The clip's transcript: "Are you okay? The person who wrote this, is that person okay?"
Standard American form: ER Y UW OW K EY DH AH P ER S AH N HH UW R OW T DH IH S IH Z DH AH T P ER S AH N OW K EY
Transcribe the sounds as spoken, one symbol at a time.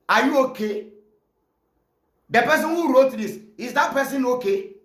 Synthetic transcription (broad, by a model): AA Y UW OW K EY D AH P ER S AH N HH UW R OW T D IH S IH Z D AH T P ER S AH N OW K EY